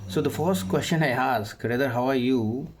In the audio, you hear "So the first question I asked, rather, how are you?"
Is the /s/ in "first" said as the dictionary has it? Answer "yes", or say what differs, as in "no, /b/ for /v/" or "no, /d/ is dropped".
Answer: yes